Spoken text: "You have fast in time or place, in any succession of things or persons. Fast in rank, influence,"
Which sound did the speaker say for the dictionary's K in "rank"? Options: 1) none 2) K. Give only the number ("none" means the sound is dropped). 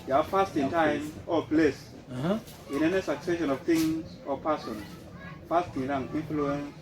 1